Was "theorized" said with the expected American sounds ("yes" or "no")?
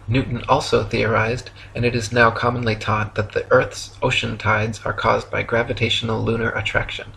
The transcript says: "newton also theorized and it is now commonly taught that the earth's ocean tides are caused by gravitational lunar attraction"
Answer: yes